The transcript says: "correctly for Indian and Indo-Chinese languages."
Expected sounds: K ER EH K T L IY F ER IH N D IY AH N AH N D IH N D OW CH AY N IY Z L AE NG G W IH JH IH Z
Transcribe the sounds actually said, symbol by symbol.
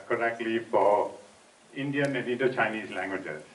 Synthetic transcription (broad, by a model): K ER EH K T L IY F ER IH N D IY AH N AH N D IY D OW CH AY N IY Z L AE NG G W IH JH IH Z